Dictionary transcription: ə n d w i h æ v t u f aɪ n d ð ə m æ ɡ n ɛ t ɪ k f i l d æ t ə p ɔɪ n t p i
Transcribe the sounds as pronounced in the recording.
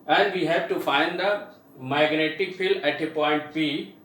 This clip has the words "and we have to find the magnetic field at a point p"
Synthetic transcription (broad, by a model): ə n d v i h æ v t u f aɪ n d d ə m æ ɡ n ɛ t ɪ k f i l æ t ə p ɔɪ n t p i